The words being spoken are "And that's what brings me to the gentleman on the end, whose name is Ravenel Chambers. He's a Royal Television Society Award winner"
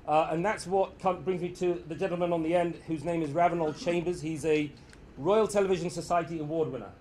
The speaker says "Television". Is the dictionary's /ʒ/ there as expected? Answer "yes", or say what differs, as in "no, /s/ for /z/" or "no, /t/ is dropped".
yes